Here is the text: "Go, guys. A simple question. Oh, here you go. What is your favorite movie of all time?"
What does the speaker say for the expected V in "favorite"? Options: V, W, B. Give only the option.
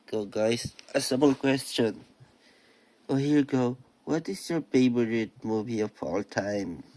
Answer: B